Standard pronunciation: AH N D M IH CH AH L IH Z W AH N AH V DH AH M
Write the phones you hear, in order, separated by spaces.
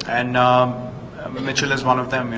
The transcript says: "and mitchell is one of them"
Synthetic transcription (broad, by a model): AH N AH M IH CH AH L IH Z W AH N AH V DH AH M